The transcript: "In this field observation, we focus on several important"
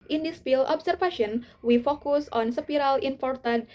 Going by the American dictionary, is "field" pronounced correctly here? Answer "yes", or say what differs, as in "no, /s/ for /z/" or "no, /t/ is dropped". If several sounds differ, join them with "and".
no, /p/ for /f/ and /d/ is dropped